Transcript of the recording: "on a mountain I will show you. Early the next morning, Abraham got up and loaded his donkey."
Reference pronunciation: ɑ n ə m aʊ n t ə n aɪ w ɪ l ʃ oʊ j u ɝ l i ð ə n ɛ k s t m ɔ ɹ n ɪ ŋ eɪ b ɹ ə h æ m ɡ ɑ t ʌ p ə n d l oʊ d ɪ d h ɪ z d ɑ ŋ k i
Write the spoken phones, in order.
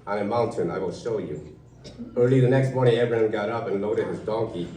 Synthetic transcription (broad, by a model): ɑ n ə m aʊ n t ə n aɪ w ɪ l ʃ oʊ j u ɝ l i ð ə n ɛ k s t m ɔ ɹ n ɪ ŋ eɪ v ɹ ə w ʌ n ɡ ɑ t ʌ p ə n l oʊ d ɪ d h ɪ z d ɑ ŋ k i